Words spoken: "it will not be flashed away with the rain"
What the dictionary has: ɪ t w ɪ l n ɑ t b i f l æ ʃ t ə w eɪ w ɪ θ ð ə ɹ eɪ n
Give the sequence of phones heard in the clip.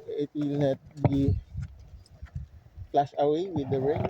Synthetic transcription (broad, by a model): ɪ t w ɪ l n ɑ t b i p l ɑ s ə w eɪ w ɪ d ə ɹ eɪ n